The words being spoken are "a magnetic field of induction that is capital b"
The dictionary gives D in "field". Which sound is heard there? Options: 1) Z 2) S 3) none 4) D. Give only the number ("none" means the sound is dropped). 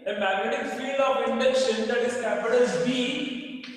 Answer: 3